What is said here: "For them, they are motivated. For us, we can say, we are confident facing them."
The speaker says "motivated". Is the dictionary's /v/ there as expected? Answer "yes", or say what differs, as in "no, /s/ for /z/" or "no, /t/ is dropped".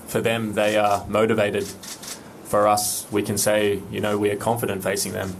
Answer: yes